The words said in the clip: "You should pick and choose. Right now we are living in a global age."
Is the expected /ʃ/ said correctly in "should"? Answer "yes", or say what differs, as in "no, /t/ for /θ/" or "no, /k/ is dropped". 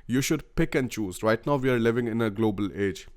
yes